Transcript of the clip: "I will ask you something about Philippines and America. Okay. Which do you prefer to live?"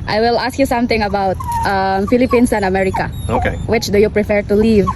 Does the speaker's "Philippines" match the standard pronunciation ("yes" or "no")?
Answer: no